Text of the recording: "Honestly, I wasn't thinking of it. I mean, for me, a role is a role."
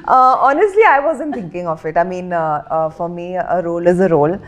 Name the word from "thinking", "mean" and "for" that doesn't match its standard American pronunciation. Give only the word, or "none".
thinking